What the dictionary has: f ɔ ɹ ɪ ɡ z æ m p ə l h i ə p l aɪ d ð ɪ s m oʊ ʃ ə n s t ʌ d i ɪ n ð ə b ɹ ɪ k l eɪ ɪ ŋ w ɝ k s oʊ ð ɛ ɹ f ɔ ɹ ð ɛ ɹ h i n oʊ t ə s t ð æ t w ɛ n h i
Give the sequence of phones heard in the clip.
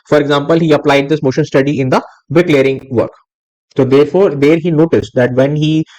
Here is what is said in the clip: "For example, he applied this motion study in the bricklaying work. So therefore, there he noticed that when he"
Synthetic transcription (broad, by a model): f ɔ ɹ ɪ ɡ z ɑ m p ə l h i ə p l aɪ d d ɪ s m oʊ ʃ ə n s t ʌ d i ɪ n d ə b ɪ k l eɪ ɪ ŋ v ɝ k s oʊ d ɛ ɹ f ɔ ɹ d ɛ ɹ h i n oʊ t ə s t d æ t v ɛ n h i